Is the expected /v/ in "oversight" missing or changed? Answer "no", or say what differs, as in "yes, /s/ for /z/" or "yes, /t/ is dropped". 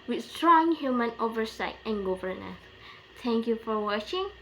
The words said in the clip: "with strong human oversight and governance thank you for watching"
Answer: no